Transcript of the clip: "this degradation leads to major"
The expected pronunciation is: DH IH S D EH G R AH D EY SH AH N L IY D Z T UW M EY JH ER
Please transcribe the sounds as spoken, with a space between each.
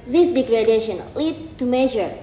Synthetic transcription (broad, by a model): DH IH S D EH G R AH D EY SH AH N L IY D S T UW M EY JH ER